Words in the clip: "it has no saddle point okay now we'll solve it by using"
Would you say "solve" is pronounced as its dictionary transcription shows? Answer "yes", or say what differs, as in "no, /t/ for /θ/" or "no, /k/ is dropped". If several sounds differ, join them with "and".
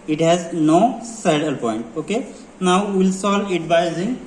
no, /v/ is dropped